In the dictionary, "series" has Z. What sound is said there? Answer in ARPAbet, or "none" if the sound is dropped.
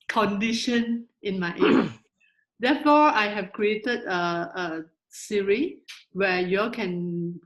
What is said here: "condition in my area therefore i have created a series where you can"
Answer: none